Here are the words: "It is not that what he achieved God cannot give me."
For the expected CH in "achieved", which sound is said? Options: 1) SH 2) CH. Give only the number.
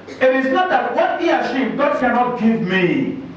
1